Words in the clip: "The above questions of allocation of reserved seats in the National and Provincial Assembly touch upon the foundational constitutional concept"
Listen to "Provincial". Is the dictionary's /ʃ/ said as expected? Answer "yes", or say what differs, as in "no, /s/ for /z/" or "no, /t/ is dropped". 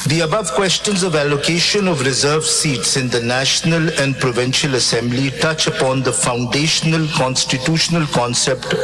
yes